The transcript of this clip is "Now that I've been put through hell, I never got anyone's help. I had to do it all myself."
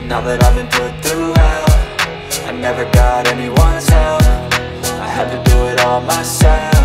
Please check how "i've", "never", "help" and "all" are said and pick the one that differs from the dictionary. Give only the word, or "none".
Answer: help